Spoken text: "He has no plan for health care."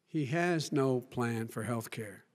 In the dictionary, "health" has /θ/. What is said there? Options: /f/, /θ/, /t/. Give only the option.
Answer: /θ/